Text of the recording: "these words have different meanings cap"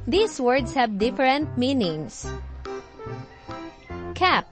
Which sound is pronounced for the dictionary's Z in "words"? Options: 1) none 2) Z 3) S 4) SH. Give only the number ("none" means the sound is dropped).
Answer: 3